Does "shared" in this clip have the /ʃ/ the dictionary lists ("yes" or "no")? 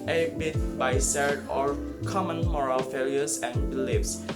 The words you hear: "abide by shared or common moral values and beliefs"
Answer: no